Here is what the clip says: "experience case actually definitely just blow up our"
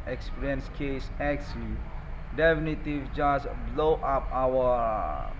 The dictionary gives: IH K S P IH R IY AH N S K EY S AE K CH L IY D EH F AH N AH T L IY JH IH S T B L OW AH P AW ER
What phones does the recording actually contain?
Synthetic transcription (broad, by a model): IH K S P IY R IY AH N S K EY S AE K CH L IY D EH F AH N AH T IY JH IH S B L OW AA P AW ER